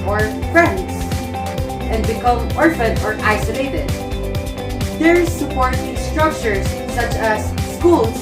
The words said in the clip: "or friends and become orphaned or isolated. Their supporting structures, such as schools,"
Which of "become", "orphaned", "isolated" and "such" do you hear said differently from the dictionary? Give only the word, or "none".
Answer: orphaned